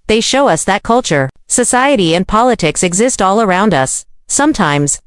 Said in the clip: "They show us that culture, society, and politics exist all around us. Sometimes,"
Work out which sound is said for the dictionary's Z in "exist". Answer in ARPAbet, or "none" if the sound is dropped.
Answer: Z